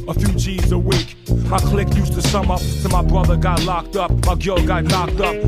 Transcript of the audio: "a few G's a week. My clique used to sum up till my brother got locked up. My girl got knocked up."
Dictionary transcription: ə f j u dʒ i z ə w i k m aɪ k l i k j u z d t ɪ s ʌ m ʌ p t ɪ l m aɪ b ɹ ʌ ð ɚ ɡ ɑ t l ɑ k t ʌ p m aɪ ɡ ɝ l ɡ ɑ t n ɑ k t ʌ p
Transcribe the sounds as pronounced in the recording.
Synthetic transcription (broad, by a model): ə f j u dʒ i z ə w i k m aɪ k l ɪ k j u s t ɪ s ʌ m ʌ p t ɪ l m aɪ b ɹ ʌ ð ɚ ɡ ɑ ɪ l ɑ k t ʌ p m aɪ ɡ ɝ l ɡ ɑ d n ɑ k t ʌ p